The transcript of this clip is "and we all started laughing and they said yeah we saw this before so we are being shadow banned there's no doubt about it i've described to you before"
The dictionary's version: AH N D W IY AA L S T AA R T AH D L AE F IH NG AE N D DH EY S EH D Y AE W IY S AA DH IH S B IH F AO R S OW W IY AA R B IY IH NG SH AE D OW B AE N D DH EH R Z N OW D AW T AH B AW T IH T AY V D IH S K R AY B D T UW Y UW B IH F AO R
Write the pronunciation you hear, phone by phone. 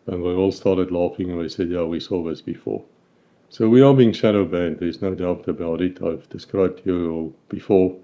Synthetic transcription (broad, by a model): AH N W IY AA L S T AA R T AH D L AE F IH NG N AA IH S EH D Y AE W IY S AA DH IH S B IH F AO R S OW W IY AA L B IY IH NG SH AE D OW B AE N D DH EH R Z N OW D AW T AH B AW T IH T AY V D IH S K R AY B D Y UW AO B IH F AO R